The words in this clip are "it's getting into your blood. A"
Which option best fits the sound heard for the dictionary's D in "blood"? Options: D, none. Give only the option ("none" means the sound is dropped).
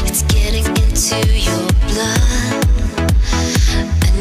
none